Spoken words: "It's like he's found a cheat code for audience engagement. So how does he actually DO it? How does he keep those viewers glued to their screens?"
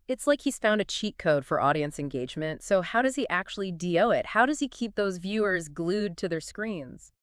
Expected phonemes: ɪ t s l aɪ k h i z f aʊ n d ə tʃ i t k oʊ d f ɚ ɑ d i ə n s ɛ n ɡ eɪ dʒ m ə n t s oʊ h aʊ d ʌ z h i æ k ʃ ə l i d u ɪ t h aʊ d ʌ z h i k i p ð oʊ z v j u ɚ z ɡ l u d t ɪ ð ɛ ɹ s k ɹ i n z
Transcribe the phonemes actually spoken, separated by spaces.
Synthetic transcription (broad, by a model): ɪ t s l aɪ k h i z f aʊ n d ə tʃ i t k oʊ d f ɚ ɑ d i ə n s ɛ n ɡ eɪ dʒ m ə n t s oʊ h aʊ d ʌ z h i æ k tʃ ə l i d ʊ ɪ t h aʊ d ʌ z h i k i p ð oʊ z v j u ɚ z ɡ l u d t ɪ ð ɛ ɹ s k ɹ i n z